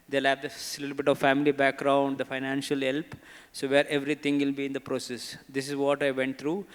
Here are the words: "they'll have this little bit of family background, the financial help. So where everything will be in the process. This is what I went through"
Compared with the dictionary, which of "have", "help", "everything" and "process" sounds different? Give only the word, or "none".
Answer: everything